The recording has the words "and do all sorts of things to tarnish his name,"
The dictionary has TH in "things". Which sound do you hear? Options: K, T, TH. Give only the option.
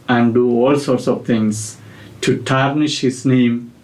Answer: T